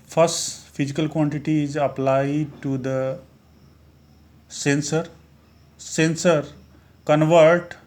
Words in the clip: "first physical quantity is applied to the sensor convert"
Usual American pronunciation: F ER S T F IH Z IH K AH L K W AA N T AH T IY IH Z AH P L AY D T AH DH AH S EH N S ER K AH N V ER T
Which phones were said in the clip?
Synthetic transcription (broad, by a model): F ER S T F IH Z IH K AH L K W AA N T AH T IY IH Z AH P L AY D S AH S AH S EH N S ER K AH N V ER T